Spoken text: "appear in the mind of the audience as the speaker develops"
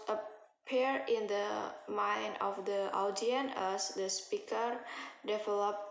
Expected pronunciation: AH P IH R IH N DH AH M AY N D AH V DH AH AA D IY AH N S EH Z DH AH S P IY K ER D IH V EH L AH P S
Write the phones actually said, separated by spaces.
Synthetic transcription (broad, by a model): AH P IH R IH N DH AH M AY N D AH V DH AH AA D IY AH N EH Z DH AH S P IY K ER D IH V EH L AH P